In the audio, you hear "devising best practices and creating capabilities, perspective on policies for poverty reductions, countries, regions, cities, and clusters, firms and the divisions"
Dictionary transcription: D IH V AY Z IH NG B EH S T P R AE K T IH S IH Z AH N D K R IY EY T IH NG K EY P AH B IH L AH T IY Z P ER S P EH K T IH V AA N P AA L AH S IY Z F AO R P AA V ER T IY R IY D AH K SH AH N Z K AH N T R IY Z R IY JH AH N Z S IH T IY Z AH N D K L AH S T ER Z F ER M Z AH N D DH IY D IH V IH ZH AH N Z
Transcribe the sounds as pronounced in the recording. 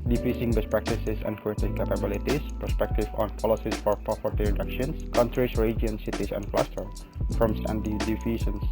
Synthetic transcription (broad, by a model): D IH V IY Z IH NG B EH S P R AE K T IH S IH S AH N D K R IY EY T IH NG K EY P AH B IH L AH T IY S P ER S P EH K T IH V AA N P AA L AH S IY S F AO R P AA F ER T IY R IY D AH K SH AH N S K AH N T R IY S R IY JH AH N S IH T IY S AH N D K L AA S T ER F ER M S AH N D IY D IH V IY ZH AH N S